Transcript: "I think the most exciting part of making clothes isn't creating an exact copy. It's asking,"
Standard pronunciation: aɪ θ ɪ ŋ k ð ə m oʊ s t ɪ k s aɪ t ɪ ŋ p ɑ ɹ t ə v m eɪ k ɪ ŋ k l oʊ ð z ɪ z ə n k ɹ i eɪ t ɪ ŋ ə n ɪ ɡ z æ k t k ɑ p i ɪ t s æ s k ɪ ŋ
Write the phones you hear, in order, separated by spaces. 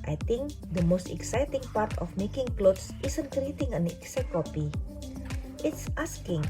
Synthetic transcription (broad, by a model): aɪ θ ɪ ŋ k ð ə m oʊ s t ɪ k s aɪ t ɪ ŋ p ɑ ɹ t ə f m eɪ k ɪ ŋ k l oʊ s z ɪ s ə n k ɹ i eɪ t ɪ ŋ ə n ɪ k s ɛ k k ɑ p i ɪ t s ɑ s k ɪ ŋ